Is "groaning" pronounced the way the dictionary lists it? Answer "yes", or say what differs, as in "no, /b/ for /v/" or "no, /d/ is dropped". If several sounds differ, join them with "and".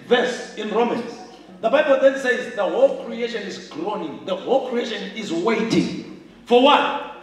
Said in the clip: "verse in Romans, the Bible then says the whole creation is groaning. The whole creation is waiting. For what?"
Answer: yes